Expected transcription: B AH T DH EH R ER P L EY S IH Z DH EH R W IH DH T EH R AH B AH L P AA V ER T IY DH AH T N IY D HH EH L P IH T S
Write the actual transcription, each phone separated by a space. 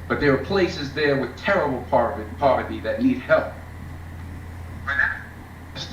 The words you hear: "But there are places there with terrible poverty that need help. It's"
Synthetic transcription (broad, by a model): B AH T DH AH R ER P L EY S IH Z DH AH R W IH DH T EH R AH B L P AA V ER T IY DH AH T N IY D HH EH L P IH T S